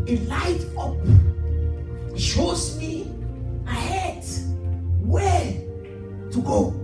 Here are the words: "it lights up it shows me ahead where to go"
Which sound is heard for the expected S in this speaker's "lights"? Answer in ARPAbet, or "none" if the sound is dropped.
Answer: none